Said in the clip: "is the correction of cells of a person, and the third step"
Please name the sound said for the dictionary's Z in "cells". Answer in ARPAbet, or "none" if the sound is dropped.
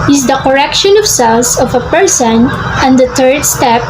S